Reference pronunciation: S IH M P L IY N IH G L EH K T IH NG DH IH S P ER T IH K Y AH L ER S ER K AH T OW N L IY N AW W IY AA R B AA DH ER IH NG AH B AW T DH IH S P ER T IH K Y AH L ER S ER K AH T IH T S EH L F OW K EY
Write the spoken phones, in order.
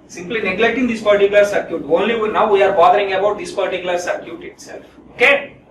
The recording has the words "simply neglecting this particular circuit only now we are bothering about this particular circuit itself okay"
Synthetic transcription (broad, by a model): S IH M P L IY N IH G L EH K T IH NG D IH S P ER T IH K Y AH L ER S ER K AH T OW N L IY N AW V IY AA R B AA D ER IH NG AH B AW T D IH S P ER T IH K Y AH L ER S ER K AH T IH T S EH L F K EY